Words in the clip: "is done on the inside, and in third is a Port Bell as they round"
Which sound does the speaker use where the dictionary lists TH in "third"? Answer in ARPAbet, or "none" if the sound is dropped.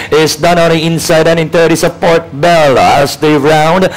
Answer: T